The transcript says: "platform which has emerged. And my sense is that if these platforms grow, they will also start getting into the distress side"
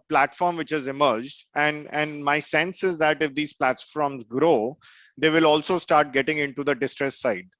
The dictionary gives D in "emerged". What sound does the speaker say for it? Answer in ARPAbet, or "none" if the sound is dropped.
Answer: D